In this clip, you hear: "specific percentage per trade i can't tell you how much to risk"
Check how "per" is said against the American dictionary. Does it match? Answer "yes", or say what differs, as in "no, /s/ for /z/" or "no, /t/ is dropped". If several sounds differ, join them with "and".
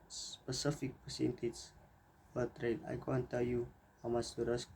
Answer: no, /f/ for /p/